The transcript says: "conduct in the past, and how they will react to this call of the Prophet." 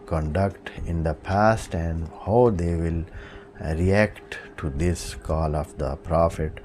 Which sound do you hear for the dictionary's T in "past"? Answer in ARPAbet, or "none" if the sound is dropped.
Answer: T